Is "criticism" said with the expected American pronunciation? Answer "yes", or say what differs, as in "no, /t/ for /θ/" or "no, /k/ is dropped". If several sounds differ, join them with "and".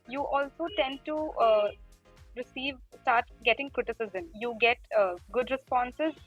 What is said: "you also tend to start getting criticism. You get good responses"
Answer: yes